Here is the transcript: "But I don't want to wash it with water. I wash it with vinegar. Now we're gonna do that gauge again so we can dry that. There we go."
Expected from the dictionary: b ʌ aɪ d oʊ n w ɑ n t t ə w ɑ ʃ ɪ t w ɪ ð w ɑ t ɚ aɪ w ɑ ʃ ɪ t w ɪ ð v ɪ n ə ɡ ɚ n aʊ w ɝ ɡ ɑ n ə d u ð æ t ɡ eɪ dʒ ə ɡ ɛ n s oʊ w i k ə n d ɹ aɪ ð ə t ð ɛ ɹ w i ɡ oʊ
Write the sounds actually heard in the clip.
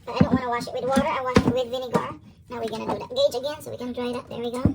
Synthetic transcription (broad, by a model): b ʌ aɪ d oʊ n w ɑ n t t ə w ɑ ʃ ɪ t w ɪ ð w ɑ t ɚ aɪ w ɑ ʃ ɪ t w ɪ ð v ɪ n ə ɡ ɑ n aʊ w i ɡ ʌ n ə d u ð æ t ɡ eɪ dʒ ə ɡ ɛ n s oʊ w i k ə n d ɹ aɪ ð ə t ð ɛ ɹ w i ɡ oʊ